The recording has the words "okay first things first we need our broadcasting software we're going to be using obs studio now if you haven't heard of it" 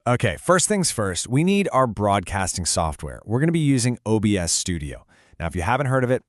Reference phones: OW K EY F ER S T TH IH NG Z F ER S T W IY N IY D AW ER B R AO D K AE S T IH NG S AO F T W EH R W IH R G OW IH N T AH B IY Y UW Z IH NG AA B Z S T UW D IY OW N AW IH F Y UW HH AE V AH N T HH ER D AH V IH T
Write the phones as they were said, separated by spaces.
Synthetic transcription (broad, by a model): OW K EY F ER S T TH IH NG Z F ER S T W IY N IY D AW ER B R AO D K AE S T IH NG S AO F T W EH R W IH R G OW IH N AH B IY Y UW Z IH NG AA B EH S T UW D IY OW N AW IH F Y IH HH AE V AH N T HH ER D AH V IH T